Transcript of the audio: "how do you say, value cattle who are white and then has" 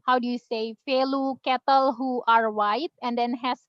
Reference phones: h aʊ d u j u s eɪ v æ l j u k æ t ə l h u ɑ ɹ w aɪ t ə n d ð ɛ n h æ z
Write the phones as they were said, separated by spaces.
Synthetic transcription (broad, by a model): h aʊ d u j u s eɪ f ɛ l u k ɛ t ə l h u ɑ ɹ w aɪ t ə n d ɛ n h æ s